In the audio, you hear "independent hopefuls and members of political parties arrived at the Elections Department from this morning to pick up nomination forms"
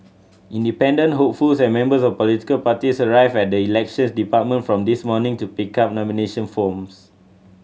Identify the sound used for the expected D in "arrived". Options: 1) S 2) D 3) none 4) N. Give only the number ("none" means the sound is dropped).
3